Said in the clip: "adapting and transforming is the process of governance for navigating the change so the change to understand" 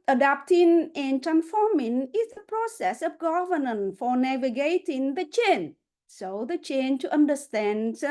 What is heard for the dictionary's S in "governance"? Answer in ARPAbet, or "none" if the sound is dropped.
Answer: none